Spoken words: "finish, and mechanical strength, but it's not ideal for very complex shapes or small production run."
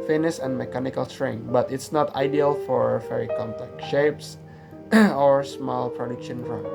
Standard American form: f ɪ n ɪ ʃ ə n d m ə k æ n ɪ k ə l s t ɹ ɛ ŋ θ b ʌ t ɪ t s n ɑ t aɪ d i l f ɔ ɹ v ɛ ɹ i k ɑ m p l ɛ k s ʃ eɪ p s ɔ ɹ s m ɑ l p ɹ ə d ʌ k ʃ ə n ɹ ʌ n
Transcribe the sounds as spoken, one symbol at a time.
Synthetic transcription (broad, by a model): f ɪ n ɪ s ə n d m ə k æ n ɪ k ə l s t ɹ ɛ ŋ b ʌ t ɪ t s n ɑ t aɪ d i l f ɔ ɹ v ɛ ɹ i k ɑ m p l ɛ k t ʃ eɪ p s ɔ ɹ s m ɑ l p ɹ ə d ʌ k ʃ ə n ɹ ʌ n